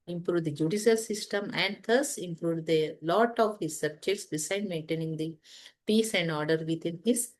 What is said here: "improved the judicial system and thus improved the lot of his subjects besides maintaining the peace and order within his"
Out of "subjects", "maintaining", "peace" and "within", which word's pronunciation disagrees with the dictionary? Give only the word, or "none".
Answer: within